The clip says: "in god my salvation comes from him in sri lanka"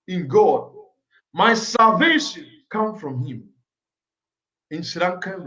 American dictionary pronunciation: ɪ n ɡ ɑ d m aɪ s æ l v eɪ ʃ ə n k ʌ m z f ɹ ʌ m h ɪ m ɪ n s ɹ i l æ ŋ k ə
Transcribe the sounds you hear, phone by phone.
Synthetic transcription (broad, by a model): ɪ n ɡ ɑ d m aɪ s æ l v eɪ ʃ ə n k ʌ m f ɹ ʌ m h ɪ m ɪ n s i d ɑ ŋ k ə